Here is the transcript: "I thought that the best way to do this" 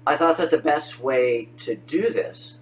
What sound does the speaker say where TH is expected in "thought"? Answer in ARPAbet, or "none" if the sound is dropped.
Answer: TH